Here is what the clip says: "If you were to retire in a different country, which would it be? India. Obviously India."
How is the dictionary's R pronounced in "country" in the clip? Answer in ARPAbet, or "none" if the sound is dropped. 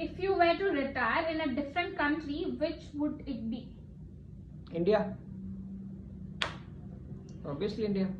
R